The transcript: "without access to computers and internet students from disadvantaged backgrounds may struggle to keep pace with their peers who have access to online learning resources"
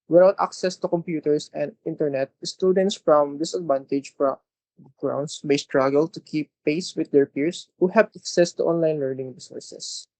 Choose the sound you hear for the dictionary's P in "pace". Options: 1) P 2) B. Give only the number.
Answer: 1